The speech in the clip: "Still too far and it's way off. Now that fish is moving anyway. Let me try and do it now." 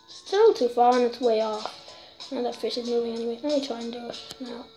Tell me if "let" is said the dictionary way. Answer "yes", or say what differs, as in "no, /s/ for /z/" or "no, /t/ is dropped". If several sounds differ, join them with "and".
no, /n/ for /l/